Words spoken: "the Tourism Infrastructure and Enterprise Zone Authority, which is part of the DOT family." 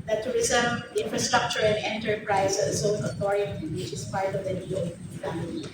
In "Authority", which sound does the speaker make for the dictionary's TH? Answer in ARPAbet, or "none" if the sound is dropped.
T